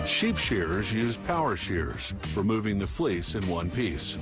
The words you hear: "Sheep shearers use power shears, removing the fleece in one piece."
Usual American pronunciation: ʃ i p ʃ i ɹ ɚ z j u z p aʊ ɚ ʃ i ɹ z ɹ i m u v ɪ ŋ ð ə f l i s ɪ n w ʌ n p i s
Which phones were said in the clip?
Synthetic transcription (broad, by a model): ʃ i p ʃ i ɹ z j u z p aʊ ɚ ʃ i ɹ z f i m u v ɪ ŋ ð ə f l i s ɪ n w ʌ n p i s